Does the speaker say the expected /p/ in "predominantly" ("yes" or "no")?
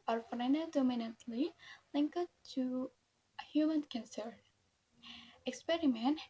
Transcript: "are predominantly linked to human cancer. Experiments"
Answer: no